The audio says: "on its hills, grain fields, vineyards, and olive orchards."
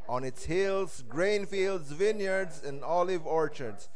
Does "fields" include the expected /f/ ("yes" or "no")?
yes